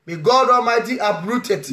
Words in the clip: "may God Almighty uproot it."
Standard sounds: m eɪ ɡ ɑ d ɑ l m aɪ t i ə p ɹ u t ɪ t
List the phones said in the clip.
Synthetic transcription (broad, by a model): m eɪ ɡ ɑ d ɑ m aɪ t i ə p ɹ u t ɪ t